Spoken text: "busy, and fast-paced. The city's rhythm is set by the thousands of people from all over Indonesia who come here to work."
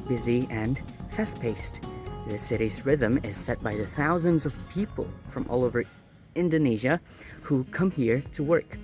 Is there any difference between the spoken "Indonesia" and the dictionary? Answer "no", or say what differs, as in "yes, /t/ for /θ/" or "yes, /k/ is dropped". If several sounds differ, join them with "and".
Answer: no